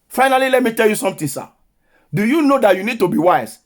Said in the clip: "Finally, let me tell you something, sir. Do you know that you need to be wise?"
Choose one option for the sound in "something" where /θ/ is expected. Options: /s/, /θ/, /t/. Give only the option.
/t/